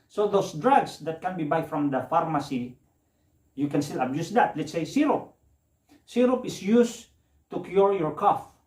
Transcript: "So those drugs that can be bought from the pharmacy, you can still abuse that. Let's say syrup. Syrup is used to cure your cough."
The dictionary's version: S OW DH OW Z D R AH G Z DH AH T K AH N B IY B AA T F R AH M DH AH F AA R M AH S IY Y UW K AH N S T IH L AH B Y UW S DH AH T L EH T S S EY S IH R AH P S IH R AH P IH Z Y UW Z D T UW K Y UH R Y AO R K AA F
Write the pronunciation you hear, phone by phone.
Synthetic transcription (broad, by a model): S OW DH OW S D R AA G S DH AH T K AH N B IY B AA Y F R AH M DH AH F AA R M AH S IY Y UW K AH N S T IH L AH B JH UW S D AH T L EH T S S EY S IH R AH P S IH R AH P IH S Y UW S T UW K Y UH R Y AO R K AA F